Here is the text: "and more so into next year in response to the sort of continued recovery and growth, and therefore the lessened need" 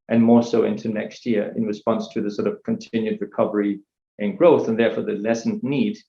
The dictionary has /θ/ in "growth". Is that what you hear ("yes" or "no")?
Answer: yes